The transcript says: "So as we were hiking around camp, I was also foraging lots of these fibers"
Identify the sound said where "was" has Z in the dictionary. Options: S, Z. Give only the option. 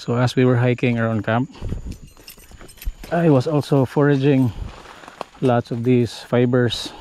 S